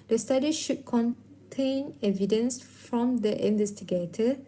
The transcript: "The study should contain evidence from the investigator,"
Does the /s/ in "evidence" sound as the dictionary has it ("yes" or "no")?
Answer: yes